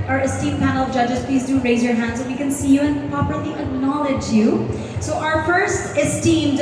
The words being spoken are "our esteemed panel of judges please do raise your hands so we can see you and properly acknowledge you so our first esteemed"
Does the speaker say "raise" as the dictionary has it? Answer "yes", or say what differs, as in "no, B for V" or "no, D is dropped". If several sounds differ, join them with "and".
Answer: yes